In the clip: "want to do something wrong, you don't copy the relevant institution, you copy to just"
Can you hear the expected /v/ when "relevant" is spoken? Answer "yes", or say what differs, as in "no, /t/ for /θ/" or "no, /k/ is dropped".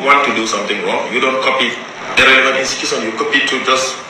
no, /v/ is dropped